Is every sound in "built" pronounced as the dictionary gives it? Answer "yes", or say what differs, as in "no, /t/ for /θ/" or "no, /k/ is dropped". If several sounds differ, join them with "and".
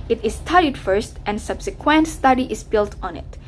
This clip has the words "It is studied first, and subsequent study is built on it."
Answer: yes